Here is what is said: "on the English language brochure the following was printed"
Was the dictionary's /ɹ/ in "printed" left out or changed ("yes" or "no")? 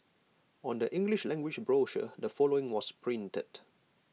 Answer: no